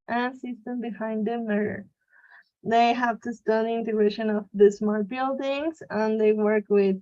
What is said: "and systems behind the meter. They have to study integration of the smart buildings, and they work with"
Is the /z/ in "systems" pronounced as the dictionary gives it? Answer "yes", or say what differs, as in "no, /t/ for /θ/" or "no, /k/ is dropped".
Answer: no, /z/ is dropped